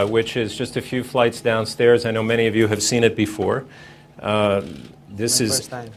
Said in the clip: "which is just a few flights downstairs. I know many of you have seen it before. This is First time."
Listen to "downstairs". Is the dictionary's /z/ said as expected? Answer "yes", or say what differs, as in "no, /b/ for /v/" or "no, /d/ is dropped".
yes